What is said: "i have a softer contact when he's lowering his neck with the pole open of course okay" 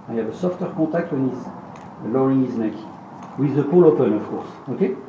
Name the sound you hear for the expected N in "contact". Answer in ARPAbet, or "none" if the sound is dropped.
none